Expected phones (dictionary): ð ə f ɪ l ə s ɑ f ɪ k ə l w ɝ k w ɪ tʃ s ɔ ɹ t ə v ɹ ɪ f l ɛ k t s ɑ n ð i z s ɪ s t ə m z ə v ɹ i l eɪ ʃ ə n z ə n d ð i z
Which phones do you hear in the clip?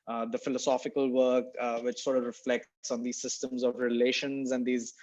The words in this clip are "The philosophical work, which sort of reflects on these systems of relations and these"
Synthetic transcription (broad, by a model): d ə f ɪ l ə s ɑ f ɪ k ə l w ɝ k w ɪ tʃ s ɔ ɹ t ə v ɹ ɪ f l ɛ k t s ɑ n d i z s ɪ s t ə m z ə v ɹ i l eɪ ʃ ə n z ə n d i z